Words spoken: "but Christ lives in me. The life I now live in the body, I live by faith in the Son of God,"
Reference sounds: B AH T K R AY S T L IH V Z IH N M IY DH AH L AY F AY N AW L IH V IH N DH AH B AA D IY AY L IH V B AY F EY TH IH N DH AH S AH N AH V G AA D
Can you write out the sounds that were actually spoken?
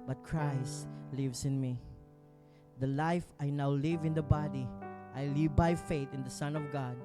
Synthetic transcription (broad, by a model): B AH T K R AY S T L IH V S IH N M IY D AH L AY F AY N AW L IH V IH N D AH B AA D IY AY L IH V B AY F EY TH IH N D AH S AH N AH V G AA D